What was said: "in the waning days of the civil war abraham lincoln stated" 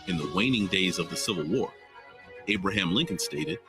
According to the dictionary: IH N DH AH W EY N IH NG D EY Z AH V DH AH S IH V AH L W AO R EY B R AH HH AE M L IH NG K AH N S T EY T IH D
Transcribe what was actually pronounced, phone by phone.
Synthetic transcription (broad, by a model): IH N DH AH W EY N IH NG D EY Z AH V DH AH S IH V L W AO R EY B R AH HH AE M L IH NG K AH N S T EY T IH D